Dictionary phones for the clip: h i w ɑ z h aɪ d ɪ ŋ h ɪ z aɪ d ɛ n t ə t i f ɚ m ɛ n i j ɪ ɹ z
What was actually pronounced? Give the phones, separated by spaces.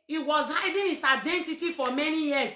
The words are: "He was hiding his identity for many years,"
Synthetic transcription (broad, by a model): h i w ɑ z h aɪ d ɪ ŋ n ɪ s aɪ d ɛ n t ə t i f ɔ m ɛ n i j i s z